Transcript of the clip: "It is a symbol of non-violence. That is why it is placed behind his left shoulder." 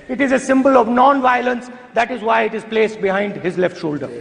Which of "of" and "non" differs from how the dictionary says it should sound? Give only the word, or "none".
none